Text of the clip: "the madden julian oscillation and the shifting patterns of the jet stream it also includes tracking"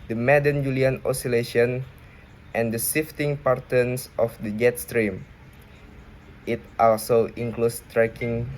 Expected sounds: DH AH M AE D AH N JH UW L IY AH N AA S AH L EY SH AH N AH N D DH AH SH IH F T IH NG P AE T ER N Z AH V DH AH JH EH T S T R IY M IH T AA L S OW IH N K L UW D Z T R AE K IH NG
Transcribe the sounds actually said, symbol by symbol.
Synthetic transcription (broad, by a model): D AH M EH D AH N JH UW L IY AH N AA S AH L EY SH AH N AH N D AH S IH F T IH NG P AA T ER N S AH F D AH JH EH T S T R IY M IH T AA L S OW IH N K L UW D S T R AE K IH NG